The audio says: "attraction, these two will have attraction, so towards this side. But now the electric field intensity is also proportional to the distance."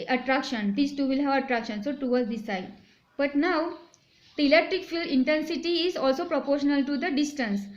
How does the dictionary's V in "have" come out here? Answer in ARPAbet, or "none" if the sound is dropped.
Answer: V